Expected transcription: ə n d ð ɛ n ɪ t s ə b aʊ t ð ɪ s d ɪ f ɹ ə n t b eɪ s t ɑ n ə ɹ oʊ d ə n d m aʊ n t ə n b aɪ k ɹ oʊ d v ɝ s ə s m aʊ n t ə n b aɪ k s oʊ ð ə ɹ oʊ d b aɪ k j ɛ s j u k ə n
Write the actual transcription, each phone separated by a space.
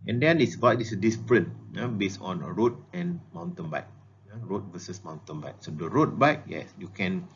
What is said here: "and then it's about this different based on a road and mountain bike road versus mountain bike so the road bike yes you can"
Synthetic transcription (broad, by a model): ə n d ɛ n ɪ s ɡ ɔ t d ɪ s d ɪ p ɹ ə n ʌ b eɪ s ɑ n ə ɹ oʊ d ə n m aʊ n t ə n b aɪ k ɹ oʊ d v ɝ s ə s m aʊ n t ə n b aɪ k s oʊ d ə ɹ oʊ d b aɪ k j ɛ s j u k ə n